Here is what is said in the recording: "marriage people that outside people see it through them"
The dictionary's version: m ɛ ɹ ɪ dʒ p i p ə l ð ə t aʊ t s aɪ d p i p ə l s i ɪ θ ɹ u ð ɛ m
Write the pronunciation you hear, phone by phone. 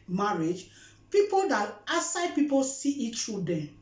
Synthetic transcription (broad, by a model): m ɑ ɹ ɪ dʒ p i p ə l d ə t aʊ s aɪ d p i p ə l s i ɪ t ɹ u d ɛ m